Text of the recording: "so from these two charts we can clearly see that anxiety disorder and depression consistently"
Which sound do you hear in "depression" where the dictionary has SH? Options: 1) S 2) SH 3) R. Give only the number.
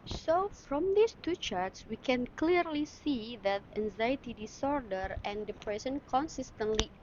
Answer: 1